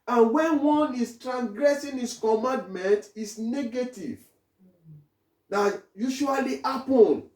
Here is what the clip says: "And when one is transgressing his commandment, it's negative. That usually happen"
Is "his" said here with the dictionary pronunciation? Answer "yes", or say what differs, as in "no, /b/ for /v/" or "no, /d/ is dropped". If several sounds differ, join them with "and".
no, /s/ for /z/